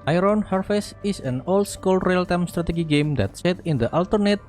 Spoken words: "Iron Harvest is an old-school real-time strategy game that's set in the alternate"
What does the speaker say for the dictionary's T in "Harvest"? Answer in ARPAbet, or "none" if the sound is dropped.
none